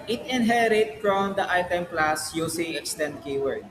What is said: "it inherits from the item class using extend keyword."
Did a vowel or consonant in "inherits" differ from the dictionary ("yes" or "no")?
yes